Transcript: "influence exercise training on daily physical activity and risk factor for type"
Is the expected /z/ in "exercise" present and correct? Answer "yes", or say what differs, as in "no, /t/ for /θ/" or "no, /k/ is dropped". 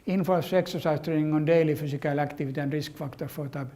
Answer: no, /s/ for /z/